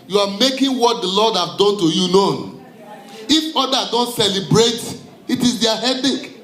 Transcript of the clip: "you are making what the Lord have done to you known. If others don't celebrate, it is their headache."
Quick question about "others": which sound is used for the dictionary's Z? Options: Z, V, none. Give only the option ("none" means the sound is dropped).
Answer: none